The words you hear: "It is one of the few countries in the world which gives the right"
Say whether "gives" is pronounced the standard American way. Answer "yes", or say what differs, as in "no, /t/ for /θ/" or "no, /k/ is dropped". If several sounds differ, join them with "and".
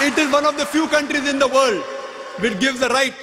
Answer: yes